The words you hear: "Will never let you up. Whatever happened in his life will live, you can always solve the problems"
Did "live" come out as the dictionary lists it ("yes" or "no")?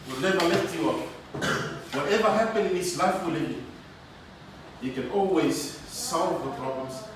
no